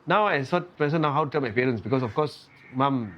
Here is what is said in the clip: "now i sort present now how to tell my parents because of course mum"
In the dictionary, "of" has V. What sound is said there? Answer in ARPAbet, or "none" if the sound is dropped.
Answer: F